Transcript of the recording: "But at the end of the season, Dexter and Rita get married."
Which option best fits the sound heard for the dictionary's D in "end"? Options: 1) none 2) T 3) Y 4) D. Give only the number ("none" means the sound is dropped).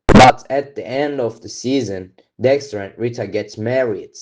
4